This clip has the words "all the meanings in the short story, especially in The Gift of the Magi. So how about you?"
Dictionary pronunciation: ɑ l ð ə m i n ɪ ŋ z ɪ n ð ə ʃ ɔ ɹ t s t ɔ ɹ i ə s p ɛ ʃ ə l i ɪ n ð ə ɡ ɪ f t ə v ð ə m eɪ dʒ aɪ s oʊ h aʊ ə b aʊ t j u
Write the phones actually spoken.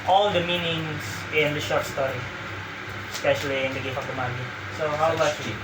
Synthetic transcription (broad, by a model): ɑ l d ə m i n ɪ ŋ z ɪ n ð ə ʃ ɔ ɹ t s t ɔ ɹ i ə s p ɛ ʃ ə l i ɪ n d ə ɡ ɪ t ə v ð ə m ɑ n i s oʊ h aʊ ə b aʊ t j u